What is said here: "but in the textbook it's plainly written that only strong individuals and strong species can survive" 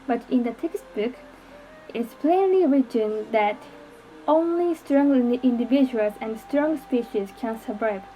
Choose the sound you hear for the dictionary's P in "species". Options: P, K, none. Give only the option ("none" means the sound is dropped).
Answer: P